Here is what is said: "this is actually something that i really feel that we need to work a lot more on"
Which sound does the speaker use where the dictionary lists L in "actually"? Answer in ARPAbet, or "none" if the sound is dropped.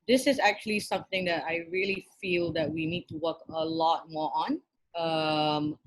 L